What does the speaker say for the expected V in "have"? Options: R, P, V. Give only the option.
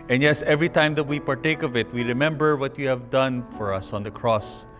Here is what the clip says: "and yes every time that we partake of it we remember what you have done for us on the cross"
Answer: V